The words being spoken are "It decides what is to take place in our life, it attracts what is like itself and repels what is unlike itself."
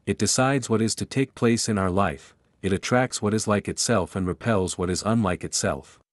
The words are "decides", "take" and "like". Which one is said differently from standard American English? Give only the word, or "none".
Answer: none